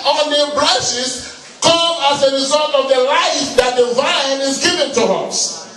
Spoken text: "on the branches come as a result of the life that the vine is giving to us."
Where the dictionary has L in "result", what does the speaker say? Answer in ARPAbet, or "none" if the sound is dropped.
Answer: L